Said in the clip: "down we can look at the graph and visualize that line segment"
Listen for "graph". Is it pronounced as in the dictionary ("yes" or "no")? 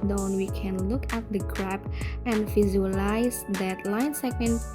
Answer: no